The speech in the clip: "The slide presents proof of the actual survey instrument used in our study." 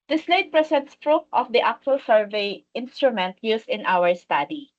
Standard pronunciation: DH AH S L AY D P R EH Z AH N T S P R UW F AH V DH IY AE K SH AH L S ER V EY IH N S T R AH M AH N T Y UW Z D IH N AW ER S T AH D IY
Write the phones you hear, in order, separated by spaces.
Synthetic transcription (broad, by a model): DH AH S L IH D P R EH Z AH N T S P R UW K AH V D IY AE K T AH L S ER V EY IH N S T R AH M AH N T Y UW S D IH N AW ER S T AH D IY